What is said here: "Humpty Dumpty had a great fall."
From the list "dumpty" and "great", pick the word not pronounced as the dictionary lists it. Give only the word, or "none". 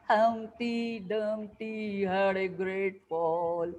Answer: dumpty